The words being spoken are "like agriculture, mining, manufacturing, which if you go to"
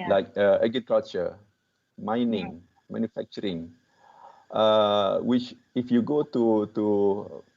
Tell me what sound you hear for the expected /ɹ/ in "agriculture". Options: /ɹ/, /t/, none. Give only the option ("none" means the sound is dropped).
none